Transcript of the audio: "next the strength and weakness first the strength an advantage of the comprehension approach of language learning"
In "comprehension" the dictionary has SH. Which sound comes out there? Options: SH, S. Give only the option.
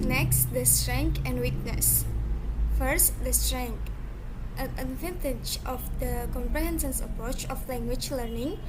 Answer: S